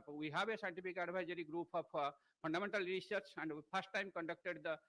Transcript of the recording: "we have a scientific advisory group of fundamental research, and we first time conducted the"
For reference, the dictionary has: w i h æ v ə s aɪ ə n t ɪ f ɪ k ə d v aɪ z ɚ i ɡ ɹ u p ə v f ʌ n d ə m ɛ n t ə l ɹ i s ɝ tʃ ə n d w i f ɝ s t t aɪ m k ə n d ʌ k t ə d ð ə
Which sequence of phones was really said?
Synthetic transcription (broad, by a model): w i h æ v ə s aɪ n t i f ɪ k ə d b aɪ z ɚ i ɡ ɹ u p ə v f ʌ n d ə m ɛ n t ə l ɹ i s ɝ tʃ ə n d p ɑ s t t aɪ m k ə n d ʌ k t ə d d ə